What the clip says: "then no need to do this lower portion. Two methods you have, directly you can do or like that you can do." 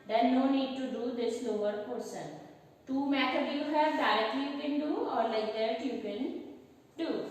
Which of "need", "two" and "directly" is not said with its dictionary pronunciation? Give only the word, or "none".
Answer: directly